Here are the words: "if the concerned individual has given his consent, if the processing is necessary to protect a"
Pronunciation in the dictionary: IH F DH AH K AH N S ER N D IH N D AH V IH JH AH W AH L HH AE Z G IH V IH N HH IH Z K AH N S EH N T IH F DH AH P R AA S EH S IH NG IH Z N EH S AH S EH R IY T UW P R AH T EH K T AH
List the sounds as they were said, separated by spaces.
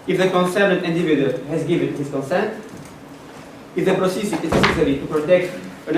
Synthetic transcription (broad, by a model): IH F DH AH K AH N S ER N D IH N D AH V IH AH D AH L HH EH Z G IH V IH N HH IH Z K AH N S EH N T IH F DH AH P R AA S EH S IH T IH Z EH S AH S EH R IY T UW P R AH T EH K T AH